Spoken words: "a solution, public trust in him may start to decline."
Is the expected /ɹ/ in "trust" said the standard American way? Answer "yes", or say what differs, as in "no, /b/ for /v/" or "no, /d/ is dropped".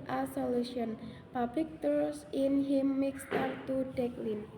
no, /ɹ/ is dropped